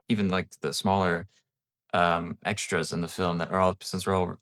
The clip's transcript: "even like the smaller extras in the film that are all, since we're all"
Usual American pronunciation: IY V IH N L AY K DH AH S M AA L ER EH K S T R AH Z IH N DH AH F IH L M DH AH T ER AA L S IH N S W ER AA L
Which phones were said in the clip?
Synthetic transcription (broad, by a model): IY V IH N L AY K DH AH S M AA L ER EH K S T R AH Z IH N DH AH F IH L M DH AH T ER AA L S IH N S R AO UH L